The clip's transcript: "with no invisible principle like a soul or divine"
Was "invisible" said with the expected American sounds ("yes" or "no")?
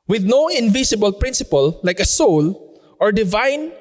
no